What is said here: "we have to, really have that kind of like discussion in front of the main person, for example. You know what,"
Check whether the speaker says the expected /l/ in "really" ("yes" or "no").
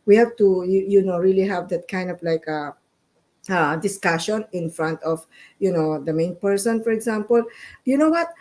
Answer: yes